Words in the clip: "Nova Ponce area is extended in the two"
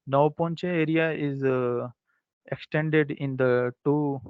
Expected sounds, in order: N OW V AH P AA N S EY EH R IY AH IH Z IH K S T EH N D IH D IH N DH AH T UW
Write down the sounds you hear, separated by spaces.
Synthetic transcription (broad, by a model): N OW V P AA N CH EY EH R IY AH IH Z IH K S T EH N D IH D IH N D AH T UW